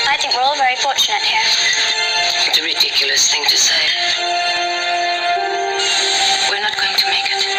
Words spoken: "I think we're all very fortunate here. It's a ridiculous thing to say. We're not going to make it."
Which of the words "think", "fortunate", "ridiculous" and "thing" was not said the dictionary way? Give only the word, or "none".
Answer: none